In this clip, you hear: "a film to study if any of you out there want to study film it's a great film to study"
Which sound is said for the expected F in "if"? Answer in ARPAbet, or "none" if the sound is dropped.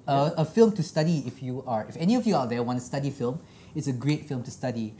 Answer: F